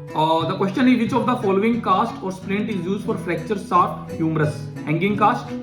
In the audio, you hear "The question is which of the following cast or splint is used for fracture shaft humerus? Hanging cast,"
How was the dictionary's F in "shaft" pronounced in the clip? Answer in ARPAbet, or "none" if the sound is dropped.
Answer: none